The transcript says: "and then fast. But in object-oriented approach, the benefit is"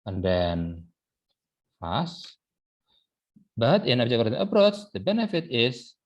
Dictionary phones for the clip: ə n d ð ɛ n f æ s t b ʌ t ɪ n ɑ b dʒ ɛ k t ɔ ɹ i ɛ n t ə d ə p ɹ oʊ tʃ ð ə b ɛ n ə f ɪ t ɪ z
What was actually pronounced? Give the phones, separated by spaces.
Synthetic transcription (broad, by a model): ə n d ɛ n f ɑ s b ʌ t ɪ n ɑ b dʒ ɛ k ɔ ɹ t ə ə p ɹ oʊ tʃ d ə b ɛ n ə f ɪ t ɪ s